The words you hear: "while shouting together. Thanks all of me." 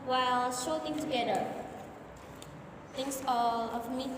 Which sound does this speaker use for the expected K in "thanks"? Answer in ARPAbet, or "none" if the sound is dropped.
none